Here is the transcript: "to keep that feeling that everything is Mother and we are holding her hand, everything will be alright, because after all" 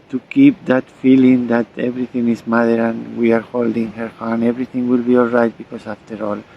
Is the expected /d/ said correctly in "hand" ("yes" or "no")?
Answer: no